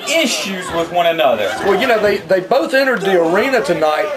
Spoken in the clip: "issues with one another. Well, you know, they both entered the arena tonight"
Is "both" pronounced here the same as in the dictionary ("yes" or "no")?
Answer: yes